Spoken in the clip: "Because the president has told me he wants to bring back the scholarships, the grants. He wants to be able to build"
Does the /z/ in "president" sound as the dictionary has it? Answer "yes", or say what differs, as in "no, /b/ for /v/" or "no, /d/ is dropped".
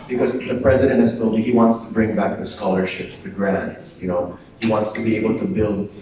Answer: yes